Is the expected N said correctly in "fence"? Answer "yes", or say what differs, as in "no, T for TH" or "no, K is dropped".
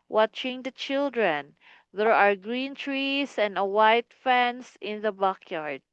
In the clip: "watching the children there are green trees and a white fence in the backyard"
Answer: yes